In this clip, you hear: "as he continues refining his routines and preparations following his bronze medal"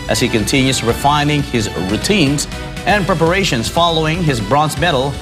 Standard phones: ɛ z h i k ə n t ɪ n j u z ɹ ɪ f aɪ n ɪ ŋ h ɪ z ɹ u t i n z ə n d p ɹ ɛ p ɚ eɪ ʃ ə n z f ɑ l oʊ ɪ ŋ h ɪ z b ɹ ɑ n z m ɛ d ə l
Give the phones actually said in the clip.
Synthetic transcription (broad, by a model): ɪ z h i k ə n t ɪ n j u z ɹ ɪ f aɪ n ɪ ŋ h ɪ z ɹ u t i n z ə n p ɹ ɛ p ɚ eɪ ʃ ə n z f ɑ l oʊ ɪ ŋ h ɪ z b ɹ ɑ n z m ɛ d l